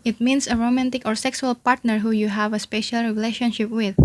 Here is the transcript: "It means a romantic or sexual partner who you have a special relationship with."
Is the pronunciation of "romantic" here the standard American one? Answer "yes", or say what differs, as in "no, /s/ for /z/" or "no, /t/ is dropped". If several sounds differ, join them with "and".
yes